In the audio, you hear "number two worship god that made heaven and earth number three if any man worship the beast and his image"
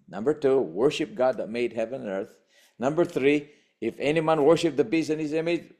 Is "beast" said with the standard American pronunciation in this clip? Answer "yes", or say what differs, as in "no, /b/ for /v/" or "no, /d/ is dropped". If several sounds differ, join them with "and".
no, /t/ is dropped